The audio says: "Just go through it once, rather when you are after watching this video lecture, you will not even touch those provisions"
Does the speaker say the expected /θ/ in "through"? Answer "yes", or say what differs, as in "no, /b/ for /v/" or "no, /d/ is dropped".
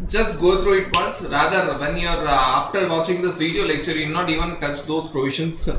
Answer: no, /t/ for /θ/